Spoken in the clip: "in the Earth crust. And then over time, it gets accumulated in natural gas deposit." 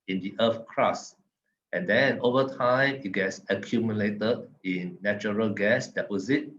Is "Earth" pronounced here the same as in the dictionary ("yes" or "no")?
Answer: no